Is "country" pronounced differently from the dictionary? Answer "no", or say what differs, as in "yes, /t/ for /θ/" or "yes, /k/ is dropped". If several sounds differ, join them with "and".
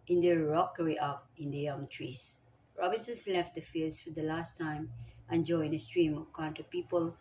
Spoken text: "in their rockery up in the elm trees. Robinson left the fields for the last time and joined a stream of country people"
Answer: yes, /ɹ/ is dropped